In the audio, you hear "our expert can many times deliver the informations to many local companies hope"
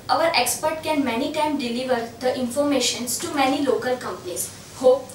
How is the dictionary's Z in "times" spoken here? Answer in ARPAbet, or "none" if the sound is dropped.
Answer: none